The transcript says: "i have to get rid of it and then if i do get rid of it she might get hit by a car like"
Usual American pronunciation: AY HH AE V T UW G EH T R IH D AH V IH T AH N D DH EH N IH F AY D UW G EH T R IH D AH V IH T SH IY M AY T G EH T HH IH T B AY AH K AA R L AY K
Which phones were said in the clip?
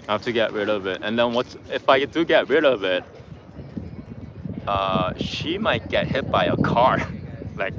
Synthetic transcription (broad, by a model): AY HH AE F T UW G EH T R IH D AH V IH T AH N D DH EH N IH F AY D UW G EH T R IH D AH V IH T SH IY M AY T G EH T HH IH T B AY AH K AA R L AY K